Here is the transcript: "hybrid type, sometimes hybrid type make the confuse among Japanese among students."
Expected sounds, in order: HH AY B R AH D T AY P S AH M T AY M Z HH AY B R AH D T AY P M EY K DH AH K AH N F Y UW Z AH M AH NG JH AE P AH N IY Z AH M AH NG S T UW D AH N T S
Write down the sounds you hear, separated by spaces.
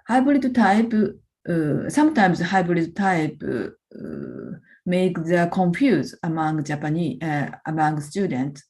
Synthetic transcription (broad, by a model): HH AY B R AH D T AY P S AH M T AY M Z HH AY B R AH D T AY P M EY K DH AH K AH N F Y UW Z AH M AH NG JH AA P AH N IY AH M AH NG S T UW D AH N T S